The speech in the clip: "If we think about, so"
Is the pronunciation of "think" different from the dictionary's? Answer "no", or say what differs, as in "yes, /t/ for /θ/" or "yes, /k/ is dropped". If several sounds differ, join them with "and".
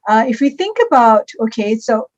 no